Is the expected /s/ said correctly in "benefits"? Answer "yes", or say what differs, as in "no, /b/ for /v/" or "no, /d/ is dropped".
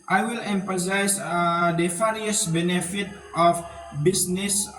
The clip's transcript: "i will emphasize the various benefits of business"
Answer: no, /s/ is dropped